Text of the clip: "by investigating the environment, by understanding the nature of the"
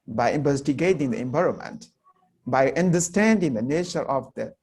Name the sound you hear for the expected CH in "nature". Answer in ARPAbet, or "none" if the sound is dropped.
SH